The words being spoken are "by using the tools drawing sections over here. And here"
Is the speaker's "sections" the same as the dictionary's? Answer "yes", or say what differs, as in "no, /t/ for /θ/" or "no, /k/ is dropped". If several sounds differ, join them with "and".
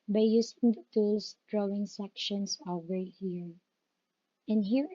no, /s/ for /z/